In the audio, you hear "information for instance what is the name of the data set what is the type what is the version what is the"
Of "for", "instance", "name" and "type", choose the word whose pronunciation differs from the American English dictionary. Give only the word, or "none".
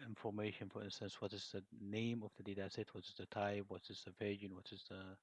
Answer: type